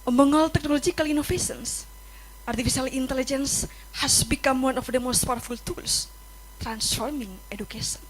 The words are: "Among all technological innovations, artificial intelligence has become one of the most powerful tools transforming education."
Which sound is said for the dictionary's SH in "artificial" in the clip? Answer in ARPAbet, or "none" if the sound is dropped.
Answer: S